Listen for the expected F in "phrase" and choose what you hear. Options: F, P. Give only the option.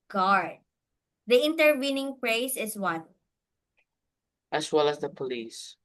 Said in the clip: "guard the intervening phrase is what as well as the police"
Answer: P